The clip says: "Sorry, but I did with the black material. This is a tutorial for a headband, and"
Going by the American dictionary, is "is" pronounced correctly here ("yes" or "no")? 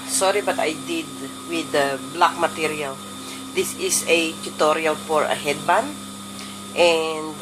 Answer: no